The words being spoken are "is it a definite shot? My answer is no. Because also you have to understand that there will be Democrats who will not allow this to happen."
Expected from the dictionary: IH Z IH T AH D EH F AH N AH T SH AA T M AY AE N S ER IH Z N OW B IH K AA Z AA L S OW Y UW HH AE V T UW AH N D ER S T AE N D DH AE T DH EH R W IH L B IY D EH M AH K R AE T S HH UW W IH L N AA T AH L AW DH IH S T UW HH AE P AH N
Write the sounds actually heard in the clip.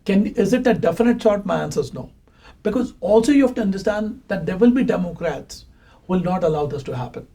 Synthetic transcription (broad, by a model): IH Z IH T AH D EH F AH N AH T S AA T M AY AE N S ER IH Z N OW B IH K AA Z AA L S OW Y UW HH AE F T UW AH N D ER S T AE N D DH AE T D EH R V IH L B IY D EH M AH K R AE T S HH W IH L N AA T AH L AW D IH S T UW HH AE P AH N